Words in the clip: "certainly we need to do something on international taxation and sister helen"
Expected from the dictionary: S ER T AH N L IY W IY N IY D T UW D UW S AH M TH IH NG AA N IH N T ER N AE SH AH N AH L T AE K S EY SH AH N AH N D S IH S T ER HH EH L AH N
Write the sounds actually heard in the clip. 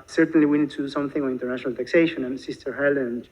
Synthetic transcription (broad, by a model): S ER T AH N L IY W IY N IY D T UW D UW S AH M TH IH NG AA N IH N T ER N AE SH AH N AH L T AE K S EY SH AH N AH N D S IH S T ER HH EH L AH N